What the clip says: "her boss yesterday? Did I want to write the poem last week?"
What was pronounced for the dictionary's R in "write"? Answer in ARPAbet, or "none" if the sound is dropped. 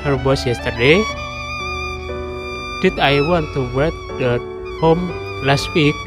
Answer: W